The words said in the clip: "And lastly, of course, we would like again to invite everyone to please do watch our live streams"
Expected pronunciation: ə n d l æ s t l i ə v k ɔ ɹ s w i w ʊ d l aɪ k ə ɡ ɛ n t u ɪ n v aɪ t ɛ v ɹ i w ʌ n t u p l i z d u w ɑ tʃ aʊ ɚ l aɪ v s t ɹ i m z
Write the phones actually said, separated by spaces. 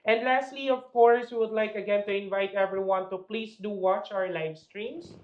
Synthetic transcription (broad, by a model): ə n d l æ s t l i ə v k ɔ ɹ s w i w ʊ d l aɪ k ə ɡ ɛ n t u ɪ n v aɪ t ɛ v ɹ i w ʌ n t u p l i s d u w ɑ tʃ aʊ ɚ l aɪ v s t ɹ i m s